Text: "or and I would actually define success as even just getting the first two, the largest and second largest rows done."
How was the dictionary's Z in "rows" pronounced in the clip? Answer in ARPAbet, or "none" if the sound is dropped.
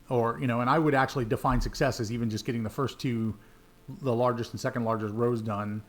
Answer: Z